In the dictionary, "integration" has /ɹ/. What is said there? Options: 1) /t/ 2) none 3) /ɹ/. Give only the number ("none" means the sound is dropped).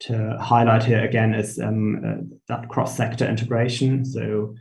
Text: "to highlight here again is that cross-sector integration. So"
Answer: 3